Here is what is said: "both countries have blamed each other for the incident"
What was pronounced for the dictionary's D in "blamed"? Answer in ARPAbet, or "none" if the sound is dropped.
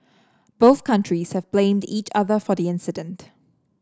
D